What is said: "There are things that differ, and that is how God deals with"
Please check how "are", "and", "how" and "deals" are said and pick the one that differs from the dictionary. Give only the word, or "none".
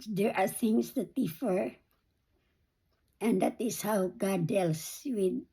deals